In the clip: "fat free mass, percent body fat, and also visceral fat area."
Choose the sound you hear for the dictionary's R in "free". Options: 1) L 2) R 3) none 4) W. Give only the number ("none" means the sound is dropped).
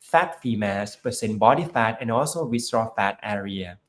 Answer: 3